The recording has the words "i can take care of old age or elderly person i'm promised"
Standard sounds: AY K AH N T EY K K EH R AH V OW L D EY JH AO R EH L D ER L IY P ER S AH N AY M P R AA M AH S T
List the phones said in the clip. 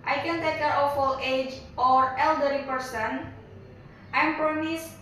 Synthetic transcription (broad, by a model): AY K AH N T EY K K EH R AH F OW L EY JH AO R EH L D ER IY P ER S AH N AY M P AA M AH S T